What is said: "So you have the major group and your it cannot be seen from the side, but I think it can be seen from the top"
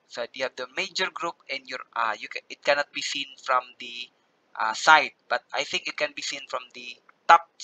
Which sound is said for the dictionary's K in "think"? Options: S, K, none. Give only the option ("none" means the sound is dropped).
K